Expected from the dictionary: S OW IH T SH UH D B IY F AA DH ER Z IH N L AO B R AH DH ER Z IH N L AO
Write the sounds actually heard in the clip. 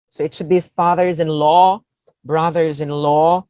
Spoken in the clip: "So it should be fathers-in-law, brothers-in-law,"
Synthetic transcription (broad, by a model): S OW IH T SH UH D B IY F AA DH ER Z IH N L AO B R AH DH ER Z IH N L AO